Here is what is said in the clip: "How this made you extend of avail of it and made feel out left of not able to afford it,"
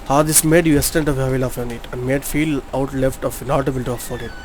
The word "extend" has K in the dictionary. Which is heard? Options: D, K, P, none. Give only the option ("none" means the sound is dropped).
none